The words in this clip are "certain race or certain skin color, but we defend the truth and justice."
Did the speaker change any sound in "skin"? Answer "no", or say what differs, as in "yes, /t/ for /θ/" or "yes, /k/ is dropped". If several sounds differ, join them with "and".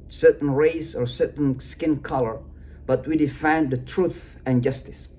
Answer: no